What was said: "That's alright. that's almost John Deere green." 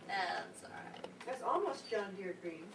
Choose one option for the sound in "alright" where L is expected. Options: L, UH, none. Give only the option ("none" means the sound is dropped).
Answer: none